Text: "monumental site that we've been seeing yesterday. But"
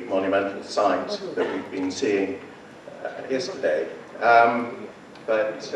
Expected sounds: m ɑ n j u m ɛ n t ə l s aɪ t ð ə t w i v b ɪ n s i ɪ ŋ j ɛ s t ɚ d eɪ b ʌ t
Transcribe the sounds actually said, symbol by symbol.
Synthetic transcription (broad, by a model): m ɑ n j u m ɛ n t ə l s aɪ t ð ə t w i v b ɪ n s i ɪ ŋ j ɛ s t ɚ d eɪ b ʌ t